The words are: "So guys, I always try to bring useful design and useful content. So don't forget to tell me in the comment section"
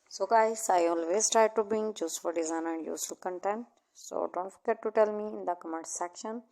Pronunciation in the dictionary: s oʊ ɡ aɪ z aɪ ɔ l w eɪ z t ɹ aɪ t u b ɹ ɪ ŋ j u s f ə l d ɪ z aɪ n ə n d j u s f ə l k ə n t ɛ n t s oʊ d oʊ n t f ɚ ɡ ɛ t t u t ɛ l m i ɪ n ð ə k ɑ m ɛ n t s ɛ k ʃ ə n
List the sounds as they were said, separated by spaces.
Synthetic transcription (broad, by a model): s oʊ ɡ aɪ s aɪ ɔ l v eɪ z t ɹ aɪ t u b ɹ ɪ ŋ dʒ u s f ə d d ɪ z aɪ n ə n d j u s f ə l k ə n t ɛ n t s oʊ d oʊ n t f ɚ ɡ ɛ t t u t ɛ l m i ɪ n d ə k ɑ m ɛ t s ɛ k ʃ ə n